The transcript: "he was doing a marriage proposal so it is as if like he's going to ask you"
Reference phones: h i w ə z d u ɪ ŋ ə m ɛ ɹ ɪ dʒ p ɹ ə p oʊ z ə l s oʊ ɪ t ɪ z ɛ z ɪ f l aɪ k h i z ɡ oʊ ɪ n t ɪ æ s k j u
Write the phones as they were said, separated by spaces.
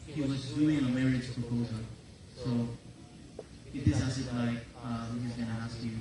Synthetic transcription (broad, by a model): h i w ə z d u ɪ ŋ ə m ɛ ɹ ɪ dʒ p ɹ ə p oʊ z ə l s oʊ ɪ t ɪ s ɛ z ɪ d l aɪ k h i z ɡ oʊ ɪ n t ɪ æ s k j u